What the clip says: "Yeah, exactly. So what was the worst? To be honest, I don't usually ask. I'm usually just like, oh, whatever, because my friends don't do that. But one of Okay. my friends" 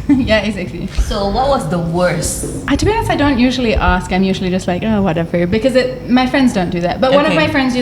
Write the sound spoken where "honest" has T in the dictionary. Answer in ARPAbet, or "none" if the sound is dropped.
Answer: none